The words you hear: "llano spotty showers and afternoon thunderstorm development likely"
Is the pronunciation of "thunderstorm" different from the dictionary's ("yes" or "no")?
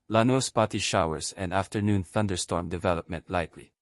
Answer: no